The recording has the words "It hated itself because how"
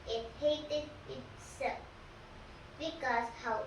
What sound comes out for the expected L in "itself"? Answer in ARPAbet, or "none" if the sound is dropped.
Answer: none